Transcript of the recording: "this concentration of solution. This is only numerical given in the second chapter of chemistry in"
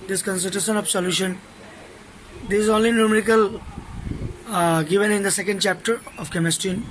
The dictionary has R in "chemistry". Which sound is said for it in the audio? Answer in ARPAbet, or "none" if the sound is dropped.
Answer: none